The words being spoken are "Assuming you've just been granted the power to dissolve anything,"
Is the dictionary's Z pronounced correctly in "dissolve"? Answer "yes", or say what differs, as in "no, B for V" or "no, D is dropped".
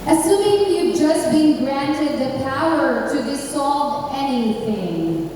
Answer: no, S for Z